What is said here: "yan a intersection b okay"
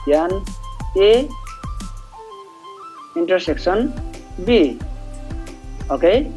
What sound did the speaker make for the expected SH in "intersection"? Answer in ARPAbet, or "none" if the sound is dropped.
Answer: S